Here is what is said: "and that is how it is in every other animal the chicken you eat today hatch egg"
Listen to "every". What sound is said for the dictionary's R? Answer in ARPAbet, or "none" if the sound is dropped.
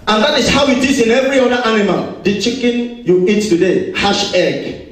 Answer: R